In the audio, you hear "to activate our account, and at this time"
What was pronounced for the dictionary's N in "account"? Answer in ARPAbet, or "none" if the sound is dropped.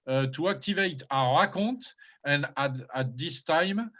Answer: none